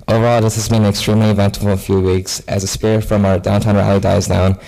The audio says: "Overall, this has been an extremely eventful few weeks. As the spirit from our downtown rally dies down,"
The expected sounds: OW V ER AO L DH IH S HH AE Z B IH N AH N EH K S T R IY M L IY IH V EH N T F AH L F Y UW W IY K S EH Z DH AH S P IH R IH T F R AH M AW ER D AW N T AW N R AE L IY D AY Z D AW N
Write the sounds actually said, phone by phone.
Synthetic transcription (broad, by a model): OW V ER AO L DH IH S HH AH Z B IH AH N EH K S T R IY M L IY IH V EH N T AH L F Y UW W IY K S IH Z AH S P IH R IH T F R AH M AW ER D AW N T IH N R AE L IY D AY Z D AW N